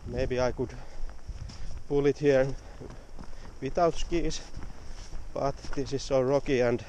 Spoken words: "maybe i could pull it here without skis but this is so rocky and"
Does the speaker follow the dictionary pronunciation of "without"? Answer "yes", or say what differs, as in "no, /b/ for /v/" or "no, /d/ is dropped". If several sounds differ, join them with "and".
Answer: no, /t/ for /θ/